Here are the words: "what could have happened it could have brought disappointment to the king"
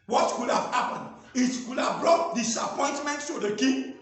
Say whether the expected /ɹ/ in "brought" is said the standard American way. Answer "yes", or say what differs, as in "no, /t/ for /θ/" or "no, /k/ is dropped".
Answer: yes